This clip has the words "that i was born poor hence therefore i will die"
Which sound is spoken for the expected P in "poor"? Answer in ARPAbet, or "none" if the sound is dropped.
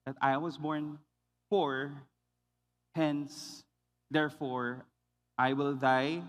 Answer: F